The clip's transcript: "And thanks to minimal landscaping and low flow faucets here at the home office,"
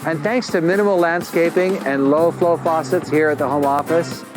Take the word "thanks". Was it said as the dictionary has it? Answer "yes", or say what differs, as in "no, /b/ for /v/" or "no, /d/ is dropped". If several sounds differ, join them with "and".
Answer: yes